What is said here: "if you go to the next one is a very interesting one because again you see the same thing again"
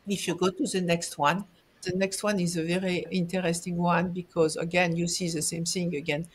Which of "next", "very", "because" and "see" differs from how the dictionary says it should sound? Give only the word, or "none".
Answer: none